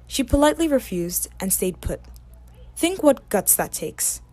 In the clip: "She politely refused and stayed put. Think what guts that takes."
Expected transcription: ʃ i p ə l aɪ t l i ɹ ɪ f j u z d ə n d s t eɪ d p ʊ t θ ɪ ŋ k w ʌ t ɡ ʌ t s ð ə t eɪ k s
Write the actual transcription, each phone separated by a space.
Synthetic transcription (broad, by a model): ʃ i p ə l aɪ t l i ɹ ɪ f j u z d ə n s t eɪ d p ʊ t θ ɪ ŋ k w ʌ t ɡ ʌ t s ð ə t eɪ k s